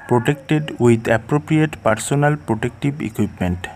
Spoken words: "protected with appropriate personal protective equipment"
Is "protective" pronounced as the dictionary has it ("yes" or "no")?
no